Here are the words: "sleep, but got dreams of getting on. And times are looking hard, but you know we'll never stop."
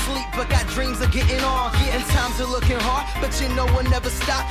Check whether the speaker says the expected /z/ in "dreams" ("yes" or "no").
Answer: yes